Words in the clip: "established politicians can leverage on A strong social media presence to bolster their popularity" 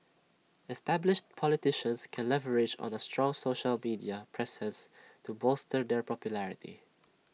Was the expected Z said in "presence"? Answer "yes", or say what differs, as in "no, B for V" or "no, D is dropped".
no, S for Z